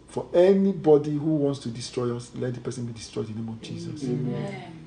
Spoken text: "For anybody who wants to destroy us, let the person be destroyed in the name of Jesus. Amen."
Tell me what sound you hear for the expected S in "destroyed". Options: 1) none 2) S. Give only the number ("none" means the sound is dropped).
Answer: 2